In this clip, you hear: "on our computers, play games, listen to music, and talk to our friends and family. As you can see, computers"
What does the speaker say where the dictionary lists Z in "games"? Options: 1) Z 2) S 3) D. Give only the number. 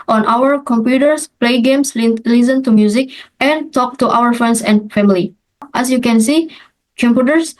2